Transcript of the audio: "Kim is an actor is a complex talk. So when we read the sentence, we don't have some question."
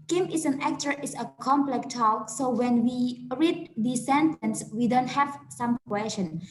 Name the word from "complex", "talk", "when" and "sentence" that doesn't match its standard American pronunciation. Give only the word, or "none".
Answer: complex